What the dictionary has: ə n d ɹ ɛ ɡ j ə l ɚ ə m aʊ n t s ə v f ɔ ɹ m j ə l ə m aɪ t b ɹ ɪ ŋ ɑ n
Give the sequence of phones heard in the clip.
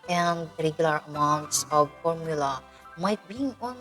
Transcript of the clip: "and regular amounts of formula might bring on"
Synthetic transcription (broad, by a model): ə n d ɹ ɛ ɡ j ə l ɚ ə m aʊ n t s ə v f ɔ ɹ m j ə l ə m aɪ t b i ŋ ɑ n